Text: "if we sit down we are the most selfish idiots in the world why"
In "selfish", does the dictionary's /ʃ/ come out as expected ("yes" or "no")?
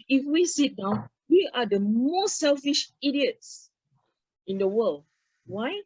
yes